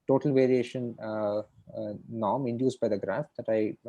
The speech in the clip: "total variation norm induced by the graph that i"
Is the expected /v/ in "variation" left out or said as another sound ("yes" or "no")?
no